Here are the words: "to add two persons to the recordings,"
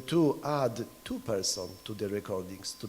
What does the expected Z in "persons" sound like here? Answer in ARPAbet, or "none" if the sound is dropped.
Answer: none